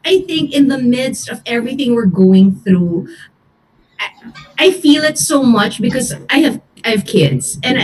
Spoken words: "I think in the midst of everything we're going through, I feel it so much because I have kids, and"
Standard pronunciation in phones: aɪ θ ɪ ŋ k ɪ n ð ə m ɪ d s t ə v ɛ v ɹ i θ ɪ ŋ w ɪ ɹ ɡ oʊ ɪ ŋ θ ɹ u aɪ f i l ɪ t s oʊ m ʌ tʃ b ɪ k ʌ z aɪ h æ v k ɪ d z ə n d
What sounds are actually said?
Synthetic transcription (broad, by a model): aɪ θ ɪ ŋ k ɪ n ð ə m ɪ d s t ə v ɛ v ɹ i θ ɪ ŋ w ɪ ɹ ɡ oʊ ɪ ŋ θ ɹ u aɪ f i l ɪ t s oʊ m ʌ tʃ b ɪ k ʌ z aɪ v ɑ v k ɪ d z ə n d